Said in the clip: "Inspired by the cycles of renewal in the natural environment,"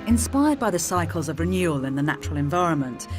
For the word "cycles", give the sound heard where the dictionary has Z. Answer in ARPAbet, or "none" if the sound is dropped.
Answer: Z